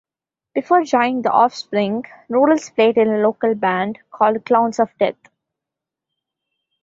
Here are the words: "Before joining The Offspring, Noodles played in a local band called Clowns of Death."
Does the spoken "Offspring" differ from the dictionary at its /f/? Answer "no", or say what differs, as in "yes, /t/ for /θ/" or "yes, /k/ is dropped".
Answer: no